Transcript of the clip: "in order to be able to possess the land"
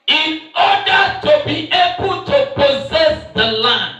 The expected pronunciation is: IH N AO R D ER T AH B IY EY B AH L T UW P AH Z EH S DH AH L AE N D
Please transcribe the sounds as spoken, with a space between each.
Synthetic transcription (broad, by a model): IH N AO D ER T AH B IY EY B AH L T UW P AH Z EH S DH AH L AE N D